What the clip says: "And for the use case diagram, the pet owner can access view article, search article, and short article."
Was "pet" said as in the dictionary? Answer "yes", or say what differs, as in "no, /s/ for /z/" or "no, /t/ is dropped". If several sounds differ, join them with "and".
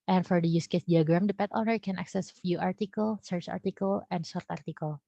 yes